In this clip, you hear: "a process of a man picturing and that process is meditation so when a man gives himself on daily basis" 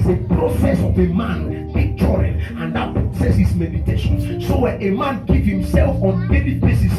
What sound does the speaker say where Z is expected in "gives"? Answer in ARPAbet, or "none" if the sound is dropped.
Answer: none